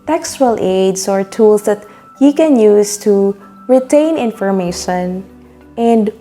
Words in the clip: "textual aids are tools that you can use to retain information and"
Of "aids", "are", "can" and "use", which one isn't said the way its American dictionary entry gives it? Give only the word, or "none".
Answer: aids